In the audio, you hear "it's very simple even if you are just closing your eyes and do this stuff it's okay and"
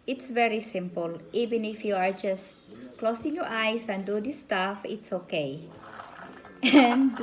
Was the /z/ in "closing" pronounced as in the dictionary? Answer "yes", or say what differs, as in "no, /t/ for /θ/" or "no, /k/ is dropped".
no, /s/ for /z/